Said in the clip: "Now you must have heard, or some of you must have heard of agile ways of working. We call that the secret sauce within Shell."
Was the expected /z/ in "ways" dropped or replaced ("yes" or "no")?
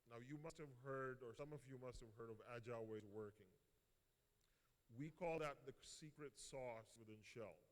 yes